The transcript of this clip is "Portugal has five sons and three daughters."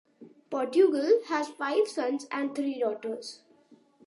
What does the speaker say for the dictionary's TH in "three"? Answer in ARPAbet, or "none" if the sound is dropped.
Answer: T